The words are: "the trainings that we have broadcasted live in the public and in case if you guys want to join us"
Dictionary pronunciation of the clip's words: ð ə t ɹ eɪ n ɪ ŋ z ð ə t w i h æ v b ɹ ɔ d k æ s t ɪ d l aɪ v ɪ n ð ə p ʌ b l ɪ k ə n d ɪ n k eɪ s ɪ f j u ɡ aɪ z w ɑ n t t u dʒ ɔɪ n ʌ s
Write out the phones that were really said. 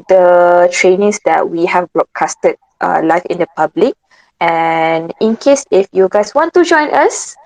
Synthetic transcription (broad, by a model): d ə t ɹ eɪ n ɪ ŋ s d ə t w i h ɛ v b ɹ ɔ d k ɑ s t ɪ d l aɪ f ɪ n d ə p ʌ b l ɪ k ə n ɪ n k eɪ s ɪ f j u ɡ aɪ s w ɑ n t t u dʒ ɔɪ n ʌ s